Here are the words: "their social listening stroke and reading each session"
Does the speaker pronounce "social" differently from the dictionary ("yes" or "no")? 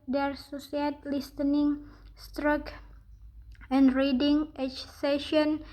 yes